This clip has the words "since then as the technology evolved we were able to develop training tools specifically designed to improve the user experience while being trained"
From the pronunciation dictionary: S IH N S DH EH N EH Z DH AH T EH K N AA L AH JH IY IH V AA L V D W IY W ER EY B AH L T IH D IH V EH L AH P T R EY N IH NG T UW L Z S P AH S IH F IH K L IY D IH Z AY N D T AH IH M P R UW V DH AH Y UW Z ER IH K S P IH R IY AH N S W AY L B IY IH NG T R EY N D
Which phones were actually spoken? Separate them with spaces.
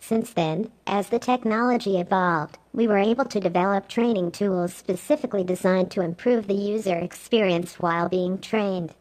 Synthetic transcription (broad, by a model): S IH N S DH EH N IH Z DH AH T EH K N AA L AH JH IY IH V AA L V D W IY W ER EY B AH L T IH D IH V EH L AH P T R EY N IH NG T UW L Z S P AH S IH F IH K L IY D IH Z AY N T AH IH M P R UW V DH AH Y UW Z ER IH K S P IH R IY AH N S W AY L B IY IH NG T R EY N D